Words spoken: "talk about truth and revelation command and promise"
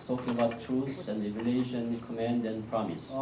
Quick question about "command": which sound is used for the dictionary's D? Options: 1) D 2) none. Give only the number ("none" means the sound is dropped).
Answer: 1